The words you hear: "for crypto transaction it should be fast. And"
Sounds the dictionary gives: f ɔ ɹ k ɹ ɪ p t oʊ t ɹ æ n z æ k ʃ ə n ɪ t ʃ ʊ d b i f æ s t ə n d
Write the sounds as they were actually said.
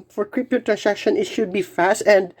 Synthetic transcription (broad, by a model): f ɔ ɹ k ɹ ɪ p t oʊ t ɹ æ n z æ k ʃ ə n ɪ t ʃ ʊ d b i f æ s t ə n d